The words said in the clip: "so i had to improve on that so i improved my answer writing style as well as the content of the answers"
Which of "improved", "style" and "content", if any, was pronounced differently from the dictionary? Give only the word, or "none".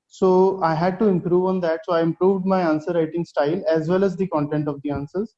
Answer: none